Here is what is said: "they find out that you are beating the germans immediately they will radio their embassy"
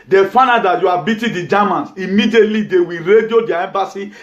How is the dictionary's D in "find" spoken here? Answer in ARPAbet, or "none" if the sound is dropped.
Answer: none